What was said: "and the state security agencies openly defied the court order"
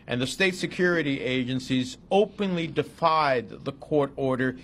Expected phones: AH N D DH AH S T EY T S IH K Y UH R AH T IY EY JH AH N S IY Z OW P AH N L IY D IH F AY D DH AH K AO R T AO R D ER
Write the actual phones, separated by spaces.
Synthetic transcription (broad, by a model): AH N DH AH S T EY T S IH K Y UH R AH T IY EY JH AH N S IY Z OW P AH N L IY D IH F AY D DH AH K AO R T AO R D ER